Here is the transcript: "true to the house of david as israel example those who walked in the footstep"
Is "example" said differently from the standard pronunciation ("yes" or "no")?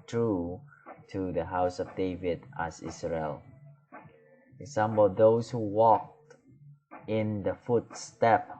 yes